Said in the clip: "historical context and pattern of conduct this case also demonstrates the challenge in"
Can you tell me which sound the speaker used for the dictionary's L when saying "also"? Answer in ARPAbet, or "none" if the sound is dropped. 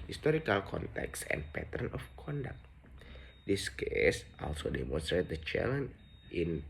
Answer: L